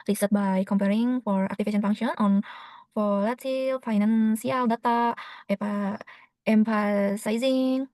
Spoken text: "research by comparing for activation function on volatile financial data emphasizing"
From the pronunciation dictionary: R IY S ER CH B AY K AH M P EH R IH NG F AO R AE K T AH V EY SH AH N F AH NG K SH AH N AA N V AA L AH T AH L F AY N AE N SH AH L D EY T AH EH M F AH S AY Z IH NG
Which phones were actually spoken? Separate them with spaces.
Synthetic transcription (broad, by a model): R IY S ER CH B AY K AH M P EH R IH NG F AO R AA K T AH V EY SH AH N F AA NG SH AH N AA N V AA L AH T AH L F AY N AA N S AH L D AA T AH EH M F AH S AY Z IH NG